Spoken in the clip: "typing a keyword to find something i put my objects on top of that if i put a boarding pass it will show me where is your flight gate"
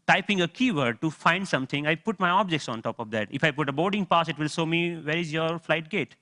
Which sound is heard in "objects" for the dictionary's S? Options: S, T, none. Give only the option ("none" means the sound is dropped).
S